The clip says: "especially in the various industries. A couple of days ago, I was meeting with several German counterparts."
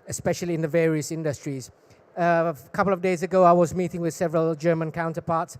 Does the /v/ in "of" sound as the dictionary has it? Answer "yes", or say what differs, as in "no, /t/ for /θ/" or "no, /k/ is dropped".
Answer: yes